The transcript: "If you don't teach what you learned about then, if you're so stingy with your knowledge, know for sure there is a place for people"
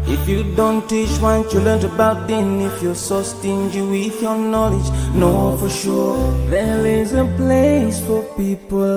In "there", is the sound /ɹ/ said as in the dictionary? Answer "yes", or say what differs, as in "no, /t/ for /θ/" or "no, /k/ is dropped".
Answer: no, /l/ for /ɹ/